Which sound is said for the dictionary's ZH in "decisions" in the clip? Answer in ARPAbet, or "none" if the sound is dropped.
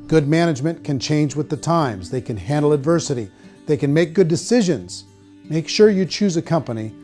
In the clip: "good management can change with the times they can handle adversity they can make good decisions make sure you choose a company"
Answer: ZH